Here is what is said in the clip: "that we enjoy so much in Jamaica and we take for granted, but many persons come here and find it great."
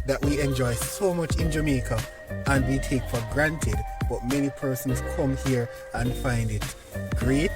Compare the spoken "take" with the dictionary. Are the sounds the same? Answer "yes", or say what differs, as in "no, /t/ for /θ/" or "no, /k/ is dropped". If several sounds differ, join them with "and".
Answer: yes